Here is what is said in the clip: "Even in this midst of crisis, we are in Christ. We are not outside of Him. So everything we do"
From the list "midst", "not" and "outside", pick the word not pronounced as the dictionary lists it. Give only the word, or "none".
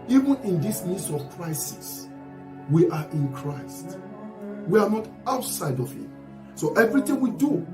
midst